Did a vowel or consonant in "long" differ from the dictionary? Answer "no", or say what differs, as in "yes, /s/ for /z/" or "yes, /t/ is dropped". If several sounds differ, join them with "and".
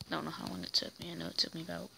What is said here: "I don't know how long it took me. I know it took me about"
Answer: yes, /w/ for /l/